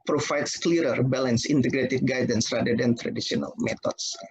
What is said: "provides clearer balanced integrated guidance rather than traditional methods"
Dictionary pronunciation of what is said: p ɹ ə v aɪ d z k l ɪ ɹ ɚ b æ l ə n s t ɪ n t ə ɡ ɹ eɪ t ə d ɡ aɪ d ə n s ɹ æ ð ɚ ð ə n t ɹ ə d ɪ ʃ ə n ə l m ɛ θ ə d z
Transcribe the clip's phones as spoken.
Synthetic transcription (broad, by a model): p ɹ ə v aɪ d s k l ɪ ɹ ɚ b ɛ l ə n s ɪ n t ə ɡ ɹ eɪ t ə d ɡ aɪ d ə n s ɹ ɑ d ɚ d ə n t ɹ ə d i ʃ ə n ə l m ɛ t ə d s